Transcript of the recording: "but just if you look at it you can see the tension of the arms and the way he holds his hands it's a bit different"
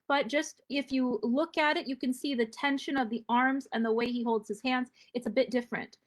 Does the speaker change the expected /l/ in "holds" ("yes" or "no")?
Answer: no